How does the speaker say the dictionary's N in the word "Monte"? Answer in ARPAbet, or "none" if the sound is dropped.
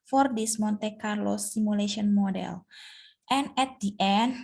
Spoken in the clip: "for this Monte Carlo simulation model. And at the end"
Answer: N